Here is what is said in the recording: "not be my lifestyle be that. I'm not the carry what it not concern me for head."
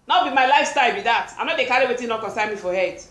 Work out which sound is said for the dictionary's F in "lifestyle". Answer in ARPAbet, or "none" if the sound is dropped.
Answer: F